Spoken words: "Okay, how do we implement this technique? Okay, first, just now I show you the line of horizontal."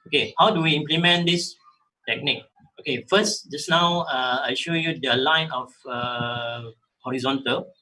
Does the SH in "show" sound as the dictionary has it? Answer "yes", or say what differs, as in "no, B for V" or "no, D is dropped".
yes